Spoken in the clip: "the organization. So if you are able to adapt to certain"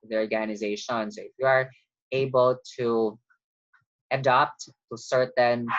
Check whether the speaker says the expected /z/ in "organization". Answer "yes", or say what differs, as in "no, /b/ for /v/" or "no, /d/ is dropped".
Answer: yes